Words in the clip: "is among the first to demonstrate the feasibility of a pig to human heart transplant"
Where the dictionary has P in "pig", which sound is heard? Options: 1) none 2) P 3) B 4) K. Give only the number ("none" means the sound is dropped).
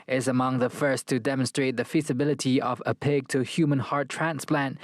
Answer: 2